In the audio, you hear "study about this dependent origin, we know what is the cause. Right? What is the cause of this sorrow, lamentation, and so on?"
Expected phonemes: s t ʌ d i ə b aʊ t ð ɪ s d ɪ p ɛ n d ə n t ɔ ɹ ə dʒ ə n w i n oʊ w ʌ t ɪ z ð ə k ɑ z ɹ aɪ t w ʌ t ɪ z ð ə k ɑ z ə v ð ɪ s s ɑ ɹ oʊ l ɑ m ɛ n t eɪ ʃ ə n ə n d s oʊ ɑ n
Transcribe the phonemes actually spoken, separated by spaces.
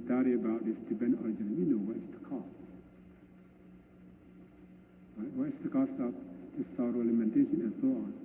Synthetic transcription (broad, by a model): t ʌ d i ə b aʊ t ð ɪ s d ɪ b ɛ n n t ɔ ɹ ə dʒ ə n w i n oʊ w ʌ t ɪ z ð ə k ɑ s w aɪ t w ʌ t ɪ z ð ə k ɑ s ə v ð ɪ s s ɑ ɹ oʊ l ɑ m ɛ n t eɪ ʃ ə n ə n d s oʊ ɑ n